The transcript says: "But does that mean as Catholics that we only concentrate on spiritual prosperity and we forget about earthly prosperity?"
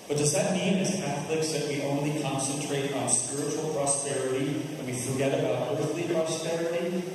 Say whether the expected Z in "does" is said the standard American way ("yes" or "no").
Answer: yes